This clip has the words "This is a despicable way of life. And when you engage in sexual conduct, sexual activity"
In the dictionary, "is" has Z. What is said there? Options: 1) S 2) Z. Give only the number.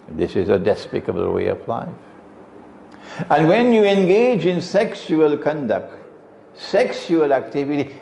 2